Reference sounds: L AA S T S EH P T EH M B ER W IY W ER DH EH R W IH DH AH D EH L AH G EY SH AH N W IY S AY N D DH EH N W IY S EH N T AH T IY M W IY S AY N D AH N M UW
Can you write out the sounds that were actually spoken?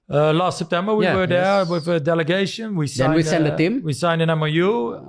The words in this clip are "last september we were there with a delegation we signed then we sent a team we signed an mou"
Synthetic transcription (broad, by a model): L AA S T S EH P T EH M B ER W IY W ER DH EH W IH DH AH D EH L AH G EY SH AH N W IY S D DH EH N W IY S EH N AH T IY M W IY S AY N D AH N M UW